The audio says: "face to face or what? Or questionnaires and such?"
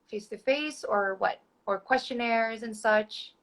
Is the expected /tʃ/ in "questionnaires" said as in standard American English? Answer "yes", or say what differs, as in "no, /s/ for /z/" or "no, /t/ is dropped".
yes